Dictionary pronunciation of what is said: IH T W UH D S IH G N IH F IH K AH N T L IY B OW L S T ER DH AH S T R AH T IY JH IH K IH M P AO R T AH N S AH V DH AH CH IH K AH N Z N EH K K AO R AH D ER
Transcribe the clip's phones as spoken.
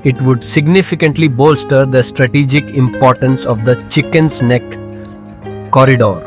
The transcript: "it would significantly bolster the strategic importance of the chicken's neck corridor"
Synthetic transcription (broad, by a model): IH T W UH D S IH G N IH F IH K AH N T L IY B OW L S T ER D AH S T R AH T IY JH IH K IH M P AO R T AH N S AH V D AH CH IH K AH N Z N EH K K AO R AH D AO